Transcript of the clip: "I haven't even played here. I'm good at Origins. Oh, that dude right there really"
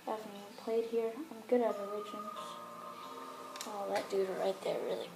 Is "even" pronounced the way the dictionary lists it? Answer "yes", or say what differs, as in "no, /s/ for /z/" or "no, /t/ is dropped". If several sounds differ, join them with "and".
no, /v/ is dropped